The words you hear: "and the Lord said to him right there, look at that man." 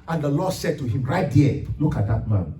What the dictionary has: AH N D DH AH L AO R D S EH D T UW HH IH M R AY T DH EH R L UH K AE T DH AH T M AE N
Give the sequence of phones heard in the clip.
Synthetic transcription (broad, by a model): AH N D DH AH L AO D S EH D T UW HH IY M R AY T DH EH L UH K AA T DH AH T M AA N